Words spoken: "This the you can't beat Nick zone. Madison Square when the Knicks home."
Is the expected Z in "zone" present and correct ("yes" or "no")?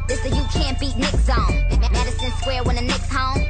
no